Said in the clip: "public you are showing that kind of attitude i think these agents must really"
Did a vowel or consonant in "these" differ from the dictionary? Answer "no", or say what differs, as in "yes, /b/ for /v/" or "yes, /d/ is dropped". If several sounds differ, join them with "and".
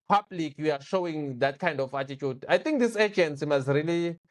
yes, /s/ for /z/